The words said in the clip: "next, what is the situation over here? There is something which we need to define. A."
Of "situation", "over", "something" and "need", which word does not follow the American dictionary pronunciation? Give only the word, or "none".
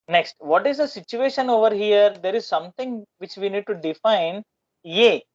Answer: something